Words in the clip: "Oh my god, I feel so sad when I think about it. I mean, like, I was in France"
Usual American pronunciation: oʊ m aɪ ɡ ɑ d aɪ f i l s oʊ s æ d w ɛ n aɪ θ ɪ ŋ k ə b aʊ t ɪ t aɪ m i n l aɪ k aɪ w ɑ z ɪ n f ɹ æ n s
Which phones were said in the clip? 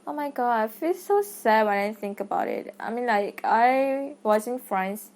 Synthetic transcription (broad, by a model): oʊ m aɪ ɡ ɑ d aɪ f i l s oʊ s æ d w ɛ n aɪ θ ɪ ŋ k ə b aʊ t ɪ t aɪ m i n l aɪ k aɪ w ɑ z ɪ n f ɹ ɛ n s